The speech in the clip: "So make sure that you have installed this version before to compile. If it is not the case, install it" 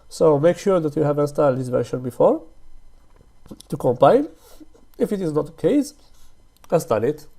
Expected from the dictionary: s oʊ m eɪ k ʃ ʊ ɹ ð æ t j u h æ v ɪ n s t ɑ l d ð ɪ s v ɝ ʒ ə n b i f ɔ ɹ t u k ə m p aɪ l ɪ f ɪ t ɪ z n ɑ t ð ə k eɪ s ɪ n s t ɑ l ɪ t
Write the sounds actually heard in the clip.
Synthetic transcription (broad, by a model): s oʊ m eɪ k ʃ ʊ ɹ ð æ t j u h æ v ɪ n s t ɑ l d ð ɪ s v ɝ ʃ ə n b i f ɔ ɹ t u k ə m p aɪ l ɪ f ɪ t ɪ z n ɑ t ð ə k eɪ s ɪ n s t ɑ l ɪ t